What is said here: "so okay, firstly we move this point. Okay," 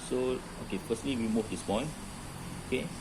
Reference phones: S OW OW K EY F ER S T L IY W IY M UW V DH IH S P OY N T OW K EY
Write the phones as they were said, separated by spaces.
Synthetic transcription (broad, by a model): S OW OW K EY F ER S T L IY W IY M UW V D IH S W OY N OW K EY